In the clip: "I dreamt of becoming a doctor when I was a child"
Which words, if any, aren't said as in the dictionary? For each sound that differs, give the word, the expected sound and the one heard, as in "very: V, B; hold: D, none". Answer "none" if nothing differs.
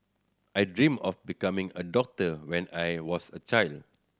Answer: dreamt: T, none; of: V, F; was: Z, S